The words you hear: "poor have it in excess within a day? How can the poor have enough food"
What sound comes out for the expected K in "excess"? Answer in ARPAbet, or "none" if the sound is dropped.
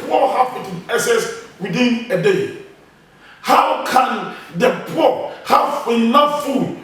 none